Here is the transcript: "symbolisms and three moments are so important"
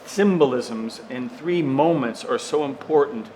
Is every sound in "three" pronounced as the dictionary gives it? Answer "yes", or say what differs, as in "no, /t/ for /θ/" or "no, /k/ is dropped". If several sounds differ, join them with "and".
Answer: yes